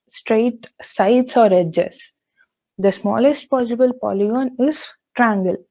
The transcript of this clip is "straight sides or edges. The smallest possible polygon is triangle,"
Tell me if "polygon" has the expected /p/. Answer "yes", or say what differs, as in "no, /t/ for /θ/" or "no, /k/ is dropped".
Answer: yes